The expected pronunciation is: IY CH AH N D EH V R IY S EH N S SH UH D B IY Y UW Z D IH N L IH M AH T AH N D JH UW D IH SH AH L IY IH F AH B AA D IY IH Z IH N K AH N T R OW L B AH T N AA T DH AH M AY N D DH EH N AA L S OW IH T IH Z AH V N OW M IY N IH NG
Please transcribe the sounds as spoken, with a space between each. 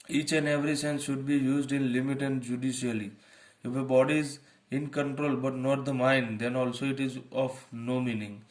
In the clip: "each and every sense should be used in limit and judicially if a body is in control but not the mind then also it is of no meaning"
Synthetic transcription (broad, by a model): IY CH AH N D EH V R IY S EH N S SH UH D B IY Y UW Z D IH N L IH M AH T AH N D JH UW D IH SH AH L IY IH F AH B AA D IY IH Z IH N K AH N T R OW L B AH T N AA T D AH M AY N D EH N AA L S OW IH T IH Z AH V N OW M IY N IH NG